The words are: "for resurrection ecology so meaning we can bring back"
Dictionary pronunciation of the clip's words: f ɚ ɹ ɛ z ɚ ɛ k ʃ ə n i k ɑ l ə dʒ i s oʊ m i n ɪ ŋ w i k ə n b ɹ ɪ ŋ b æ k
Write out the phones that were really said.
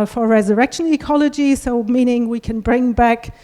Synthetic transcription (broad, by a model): f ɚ ɹ ɛ z ɚ ɛ k ʃ ə n i k ɑ l ə dʒ i s oʊ m i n ɪ ŋ w i k ə n b ɹ ɪ ŋ b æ k